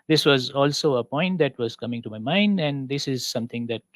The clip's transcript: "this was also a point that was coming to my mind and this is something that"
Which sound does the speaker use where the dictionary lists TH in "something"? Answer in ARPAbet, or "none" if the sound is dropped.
T